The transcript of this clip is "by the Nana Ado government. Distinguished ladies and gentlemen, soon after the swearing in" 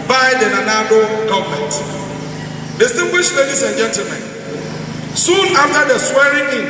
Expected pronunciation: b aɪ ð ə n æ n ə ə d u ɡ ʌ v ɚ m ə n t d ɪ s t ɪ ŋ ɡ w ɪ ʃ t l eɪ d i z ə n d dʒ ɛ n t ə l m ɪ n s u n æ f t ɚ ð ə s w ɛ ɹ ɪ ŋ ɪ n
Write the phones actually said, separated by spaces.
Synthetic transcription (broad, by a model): b aɪ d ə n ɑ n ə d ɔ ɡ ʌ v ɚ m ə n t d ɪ s t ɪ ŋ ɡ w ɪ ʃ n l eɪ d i s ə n dʒ ɛ n t ə l m ɪ n s u n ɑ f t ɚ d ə s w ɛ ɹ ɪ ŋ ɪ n